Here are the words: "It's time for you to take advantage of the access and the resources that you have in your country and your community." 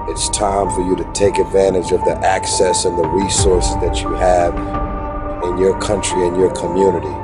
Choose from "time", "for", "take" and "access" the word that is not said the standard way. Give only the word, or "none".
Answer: none